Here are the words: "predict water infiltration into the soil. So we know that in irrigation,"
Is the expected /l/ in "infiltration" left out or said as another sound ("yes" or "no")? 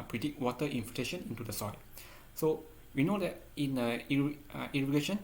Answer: yes